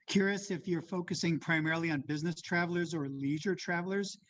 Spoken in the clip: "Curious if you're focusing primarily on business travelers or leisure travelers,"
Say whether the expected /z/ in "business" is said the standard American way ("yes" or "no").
yes